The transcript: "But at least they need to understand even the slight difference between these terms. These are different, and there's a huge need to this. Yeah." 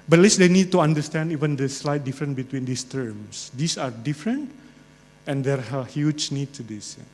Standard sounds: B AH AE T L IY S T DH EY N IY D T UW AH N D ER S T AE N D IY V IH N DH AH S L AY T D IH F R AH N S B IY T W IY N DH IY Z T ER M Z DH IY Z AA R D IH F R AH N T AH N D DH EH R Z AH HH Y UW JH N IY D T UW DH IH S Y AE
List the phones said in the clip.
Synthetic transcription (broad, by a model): B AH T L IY S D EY N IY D T UW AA N D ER S T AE N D IY V IH N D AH S L AY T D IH F R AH N B IY T W IY N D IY S T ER M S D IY S AA R D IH F R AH N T AH N D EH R AH HH Y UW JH N IY D T UW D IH S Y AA